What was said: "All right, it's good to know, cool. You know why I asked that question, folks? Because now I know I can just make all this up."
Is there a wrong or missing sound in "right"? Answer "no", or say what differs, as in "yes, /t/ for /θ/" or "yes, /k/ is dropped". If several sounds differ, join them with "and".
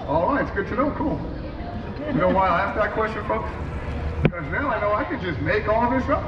yes, /t/ is dropped